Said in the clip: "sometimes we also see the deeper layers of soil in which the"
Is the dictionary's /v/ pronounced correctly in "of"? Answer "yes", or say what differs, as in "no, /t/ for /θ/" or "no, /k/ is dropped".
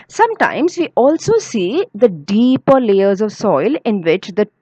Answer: yes